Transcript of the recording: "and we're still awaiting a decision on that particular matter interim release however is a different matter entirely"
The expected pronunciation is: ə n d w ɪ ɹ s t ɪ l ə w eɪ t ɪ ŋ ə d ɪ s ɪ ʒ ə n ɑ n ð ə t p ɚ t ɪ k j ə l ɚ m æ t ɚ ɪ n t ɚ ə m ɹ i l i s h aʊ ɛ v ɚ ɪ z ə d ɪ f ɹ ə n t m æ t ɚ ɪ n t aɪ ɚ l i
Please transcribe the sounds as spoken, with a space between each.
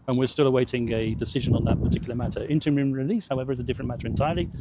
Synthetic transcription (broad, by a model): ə n w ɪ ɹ s t ɪ l ə w eɪ t ɪ ŋ ə d ɪ s ɪ ʒ ə n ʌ n ð ə t p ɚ t ɪ k j l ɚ m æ t ɚ ɪ n t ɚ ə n ɹ i l i s h aʊ ɛ v ɚ ɪ z ə d ɪ f ɹ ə n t m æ t ɚ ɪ n t aɪ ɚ l i